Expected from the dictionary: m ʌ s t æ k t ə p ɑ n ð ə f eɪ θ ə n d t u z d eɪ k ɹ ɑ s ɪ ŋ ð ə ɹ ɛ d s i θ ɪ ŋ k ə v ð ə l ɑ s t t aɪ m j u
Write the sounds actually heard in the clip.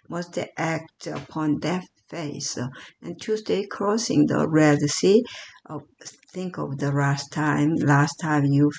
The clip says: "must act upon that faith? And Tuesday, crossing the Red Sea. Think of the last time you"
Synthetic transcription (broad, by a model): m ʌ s t æ k t ə p ɑ n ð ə f eɪ s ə n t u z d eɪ k ɹ ɑ s ɪ ŋ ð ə ɹ ɛ d s i θ ɪ ŋ k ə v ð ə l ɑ s t t aɪ m j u